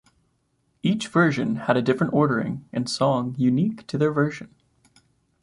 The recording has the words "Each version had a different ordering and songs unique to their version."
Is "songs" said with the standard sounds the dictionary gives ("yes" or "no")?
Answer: no